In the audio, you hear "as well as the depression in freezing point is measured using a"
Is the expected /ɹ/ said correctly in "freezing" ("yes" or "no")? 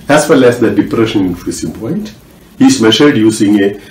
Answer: no